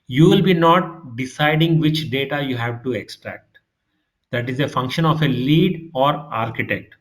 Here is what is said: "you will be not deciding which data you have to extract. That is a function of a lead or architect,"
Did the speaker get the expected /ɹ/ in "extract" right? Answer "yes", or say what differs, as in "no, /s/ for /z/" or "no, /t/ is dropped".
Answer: yes